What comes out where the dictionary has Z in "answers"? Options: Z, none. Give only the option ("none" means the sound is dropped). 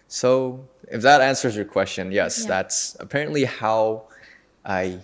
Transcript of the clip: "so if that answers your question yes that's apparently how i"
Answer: Z